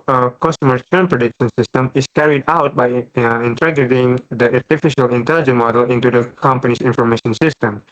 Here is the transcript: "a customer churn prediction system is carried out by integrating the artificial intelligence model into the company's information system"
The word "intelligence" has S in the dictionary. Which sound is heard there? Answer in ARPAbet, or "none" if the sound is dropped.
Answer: none